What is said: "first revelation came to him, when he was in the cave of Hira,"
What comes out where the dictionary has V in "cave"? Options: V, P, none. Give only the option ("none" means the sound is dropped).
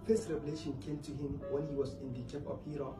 P